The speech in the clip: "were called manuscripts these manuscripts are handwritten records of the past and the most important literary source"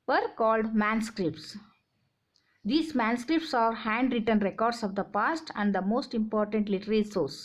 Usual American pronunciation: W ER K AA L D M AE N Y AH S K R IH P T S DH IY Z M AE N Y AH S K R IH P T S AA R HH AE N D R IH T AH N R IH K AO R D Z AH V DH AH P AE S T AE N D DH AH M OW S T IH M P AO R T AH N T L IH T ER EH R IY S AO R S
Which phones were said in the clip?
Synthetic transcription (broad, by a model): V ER K AA L D M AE N S K R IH P T S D IY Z M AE N S K R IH P T S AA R HH AE N D R IH T AH N R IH K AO R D S AH V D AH P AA S T AE N D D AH M OW S T IH M P AO R T AH N T L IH T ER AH L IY S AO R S